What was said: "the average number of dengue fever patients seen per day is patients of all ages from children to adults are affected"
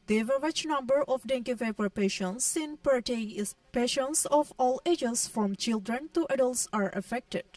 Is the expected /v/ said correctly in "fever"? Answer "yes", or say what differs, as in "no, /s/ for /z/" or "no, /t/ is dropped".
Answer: no, /p/ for /v/